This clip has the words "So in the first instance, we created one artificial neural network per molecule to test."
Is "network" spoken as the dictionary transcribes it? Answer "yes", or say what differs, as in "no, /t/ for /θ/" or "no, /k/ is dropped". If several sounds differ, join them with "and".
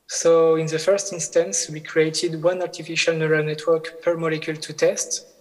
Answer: yes